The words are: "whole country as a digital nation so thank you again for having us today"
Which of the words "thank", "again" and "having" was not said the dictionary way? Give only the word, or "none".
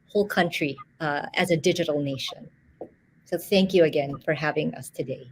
none